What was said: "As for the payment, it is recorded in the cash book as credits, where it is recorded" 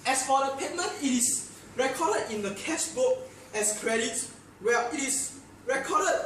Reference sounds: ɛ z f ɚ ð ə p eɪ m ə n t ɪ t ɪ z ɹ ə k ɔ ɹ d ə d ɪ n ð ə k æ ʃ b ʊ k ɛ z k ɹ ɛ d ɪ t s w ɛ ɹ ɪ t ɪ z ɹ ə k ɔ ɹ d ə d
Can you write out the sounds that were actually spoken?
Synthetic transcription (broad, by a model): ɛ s f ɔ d ə p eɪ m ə n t ɪ t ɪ s ɹ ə k ɔ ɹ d ə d ɪ n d ə k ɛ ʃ b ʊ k ɛ s k ɹ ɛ d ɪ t w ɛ ɪ t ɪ s ɹ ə k ɔ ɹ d ə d